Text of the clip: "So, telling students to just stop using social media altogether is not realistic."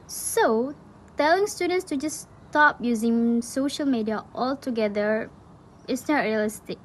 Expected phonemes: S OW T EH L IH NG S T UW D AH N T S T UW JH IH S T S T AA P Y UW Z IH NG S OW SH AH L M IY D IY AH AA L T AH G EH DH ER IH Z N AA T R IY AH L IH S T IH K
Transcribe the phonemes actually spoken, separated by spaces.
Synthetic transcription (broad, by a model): S OW T EH L IH NG S T UW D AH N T S T UW JH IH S S T AA P Y UW Z IH NG S OW SH AH L M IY D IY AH AA L T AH G EH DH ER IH S N AA T R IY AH L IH S T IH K